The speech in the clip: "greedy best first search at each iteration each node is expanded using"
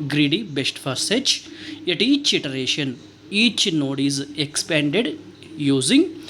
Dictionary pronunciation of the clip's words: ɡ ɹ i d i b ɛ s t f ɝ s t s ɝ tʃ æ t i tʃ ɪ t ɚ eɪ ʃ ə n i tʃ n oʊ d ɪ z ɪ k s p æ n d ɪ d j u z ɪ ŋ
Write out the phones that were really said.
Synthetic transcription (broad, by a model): ɡ ɹ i d i b ɛ s t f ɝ t s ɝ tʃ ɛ t i tʃ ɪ t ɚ eɪ ʃ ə n i tʃ n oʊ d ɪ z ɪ k s p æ n d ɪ d j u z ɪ ŋ